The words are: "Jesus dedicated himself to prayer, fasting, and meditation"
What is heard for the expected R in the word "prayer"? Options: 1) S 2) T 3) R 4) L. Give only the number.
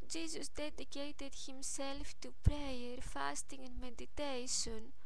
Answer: 3